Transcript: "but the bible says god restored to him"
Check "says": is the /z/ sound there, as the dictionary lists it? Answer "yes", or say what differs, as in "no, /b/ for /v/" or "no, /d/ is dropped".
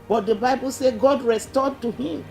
no, /z/ is dropped